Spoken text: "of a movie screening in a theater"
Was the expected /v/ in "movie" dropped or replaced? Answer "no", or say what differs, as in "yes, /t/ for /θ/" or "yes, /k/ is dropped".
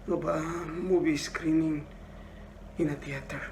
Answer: yes, /b/ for /v/